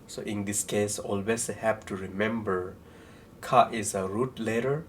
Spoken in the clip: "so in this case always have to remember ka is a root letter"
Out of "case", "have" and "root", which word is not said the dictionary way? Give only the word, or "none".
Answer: have